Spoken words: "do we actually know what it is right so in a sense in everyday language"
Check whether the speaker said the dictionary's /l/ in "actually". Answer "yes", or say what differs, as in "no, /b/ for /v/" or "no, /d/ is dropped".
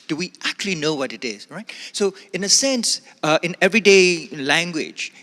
yes